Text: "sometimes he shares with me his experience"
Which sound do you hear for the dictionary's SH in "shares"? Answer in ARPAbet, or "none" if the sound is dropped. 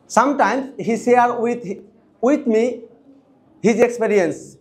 S